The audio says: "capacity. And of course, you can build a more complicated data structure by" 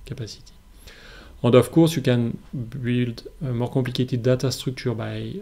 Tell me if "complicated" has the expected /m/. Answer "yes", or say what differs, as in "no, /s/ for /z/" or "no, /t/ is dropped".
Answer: no, /m/ is dropped